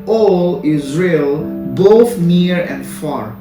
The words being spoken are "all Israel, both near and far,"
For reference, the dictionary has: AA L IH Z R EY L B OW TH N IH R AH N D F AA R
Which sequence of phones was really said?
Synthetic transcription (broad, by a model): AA L IH Z R EY L B OW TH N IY R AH N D F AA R